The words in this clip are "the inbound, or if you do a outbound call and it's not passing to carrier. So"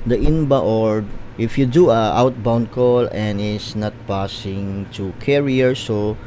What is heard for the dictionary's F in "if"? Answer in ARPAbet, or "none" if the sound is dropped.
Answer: F